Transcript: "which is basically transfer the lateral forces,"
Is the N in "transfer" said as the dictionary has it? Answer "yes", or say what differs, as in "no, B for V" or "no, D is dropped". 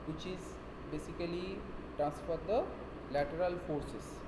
yes